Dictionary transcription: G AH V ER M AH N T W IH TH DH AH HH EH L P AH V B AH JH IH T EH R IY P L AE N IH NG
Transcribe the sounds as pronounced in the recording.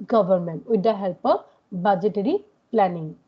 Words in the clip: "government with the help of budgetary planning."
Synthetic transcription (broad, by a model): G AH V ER M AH N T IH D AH HH EH L P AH P B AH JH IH T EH R IY P L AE N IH NG